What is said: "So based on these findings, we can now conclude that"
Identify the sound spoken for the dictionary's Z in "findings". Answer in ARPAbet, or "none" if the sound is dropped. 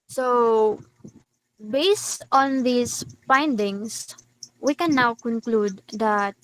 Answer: S